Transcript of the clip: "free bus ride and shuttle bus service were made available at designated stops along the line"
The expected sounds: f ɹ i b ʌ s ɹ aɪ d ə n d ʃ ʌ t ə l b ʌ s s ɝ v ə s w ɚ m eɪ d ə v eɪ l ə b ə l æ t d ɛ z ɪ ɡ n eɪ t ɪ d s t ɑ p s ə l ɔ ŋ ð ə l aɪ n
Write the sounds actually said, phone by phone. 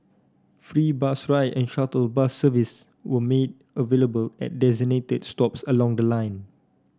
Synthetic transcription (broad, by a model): f ɹ i b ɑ s ɹ aɪ ə n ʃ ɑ t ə l b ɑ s s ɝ v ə s w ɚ m eɪ d ə v eɪ l ə b ə l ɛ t d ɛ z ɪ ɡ n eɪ t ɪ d s t ɑ p s ə l ɔ ŋ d ə l aɪ n